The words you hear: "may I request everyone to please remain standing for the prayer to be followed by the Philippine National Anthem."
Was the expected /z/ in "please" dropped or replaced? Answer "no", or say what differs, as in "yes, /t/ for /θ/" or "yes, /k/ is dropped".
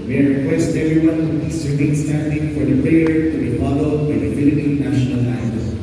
yes, /s/ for /z/